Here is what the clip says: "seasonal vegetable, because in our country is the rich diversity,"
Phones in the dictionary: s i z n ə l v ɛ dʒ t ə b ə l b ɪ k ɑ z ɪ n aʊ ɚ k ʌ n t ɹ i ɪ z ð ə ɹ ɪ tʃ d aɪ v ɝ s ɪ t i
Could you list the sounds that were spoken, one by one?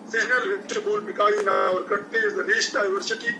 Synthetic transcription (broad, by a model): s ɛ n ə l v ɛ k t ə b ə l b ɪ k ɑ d ɪ n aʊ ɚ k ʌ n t i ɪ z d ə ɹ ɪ s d aɪ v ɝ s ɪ t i